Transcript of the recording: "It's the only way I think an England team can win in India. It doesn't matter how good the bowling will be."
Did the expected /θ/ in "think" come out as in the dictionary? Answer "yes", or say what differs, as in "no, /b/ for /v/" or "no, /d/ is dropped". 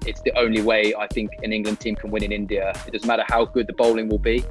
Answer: yes